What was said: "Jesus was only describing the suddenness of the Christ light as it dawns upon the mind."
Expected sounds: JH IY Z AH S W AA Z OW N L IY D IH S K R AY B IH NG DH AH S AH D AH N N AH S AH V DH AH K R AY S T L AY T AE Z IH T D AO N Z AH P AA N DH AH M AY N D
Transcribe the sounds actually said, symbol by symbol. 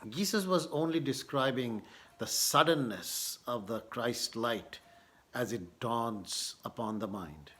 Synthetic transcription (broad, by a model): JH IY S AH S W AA Z OW N L IY D IH S K R AY B IH NG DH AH S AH D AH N N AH S AH V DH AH K R AY S T L AY T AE Z IH T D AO N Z AH P AA N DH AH M AY N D